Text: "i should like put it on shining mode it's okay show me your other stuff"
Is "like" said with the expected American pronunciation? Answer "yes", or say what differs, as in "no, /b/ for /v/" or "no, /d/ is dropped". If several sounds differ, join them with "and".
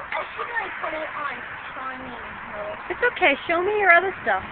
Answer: no, /n/ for /l/